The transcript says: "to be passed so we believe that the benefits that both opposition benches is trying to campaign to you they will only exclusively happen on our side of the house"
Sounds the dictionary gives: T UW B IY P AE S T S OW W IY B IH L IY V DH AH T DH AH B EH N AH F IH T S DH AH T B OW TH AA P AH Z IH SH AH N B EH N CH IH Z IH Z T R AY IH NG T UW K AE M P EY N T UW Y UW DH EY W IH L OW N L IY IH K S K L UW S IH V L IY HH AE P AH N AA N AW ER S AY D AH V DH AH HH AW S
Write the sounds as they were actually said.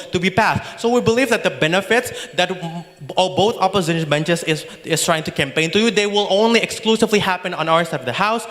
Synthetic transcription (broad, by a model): T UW B IY P AE S T S OW W IY B IH L IY V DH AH T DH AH B EH N AH F IH T S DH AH T B OW TH AA P AH Z IH SH AH N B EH N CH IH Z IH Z T R AY IH NG T UW K AE M P EY N T UW Y UW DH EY W IH L OW N L IY IH K S K L UW S IH V L IY HH AE P AH N AA N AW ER S AY D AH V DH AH HH AW S